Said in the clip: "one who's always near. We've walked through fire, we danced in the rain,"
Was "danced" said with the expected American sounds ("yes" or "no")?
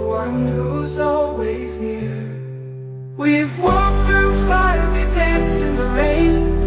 no